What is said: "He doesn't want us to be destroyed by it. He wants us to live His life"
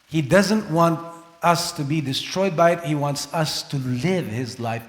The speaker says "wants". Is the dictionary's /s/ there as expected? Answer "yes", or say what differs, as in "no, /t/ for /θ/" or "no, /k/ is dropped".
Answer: yes